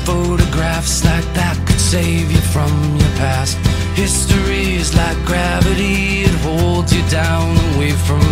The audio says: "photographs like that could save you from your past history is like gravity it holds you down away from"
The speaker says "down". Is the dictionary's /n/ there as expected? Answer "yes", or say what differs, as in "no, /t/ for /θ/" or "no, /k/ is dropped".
yes